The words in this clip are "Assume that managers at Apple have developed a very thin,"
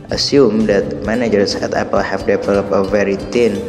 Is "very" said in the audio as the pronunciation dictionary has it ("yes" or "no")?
yes